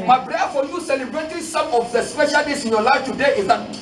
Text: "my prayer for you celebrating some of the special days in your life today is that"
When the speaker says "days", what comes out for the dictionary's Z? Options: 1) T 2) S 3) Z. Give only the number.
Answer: 2